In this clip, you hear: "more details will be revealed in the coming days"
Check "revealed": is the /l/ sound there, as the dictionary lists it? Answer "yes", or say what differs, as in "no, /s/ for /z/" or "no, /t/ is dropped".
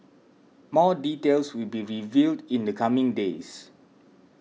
yes